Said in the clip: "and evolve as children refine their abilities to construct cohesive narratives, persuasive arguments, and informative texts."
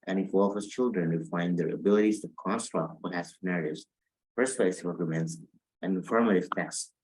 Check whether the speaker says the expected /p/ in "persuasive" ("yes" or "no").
no